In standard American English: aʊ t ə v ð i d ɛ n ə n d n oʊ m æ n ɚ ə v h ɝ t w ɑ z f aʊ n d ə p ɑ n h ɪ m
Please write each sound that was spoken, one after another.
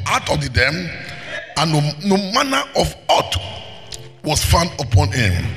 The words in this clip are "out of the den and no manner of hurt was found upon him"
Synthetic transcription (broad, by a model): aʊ t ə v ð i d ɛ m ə n n oʊ m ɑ n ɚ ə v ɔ t w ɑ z f aʊ n d ə p ɑ n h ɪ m